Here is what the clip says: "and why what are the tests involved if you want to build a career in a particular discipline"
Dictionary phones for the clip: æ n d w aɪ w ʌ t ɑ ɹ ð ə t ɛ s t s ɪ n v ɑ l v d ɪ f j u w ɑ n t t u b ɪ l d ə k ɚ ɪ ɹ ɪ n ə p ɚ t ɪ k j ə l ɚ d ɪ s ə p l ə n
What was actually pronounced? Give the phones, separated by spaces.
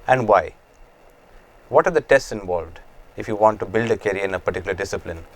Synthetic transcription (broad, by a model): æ n d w aɪ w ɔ t ɑ ɹ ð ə t ɛ s t s ɪ n v ɑ l v d ɪ f j u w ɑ n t t u b ɪ l d ə k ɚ ɹ ɪ n ə p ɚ t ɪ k j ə l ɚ d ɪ s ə p l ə n